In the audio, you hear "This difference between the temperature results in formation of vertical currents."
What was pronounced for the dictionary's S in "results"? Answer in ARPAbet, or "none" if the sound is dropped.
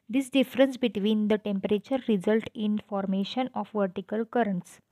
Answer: none